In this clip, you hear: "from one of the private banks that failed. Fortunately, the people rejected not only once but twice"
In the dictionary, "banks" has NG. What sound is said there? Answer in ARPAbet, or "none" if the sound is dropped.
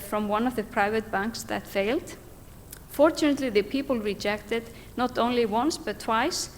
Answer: NG